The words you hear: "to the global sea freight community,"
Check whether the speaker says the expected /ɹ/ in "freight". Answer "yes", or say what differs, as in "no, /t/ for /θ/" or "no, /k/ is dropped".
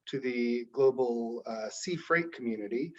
yes